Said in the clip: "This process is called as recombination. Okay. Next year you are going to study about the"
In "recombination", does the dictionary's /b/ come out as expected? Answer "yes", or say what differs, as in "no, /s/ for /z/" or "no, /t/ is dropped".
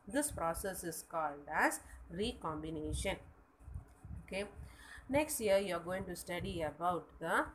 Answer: yes